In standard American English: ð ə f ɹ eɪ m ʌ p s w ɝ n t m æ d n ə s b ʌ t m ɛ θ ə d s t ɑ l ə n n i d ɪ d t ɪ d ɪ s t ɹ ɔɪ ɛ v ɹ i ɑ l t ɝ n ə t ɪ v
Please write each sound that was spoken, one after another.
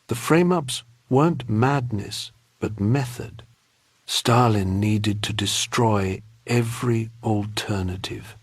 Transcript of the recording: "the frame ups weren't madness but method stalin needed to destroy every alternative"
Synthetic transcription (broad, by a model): ð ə f ɹ eɪ m ʌ p s w ɝ n m æ d n ə s b ʌ t m ɛ θ ə d s t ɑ l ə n n i d ɪ d t ɪ d ɪ s t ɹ ɔɪ ɛ v ɹ i l t ɝ n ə t ɪ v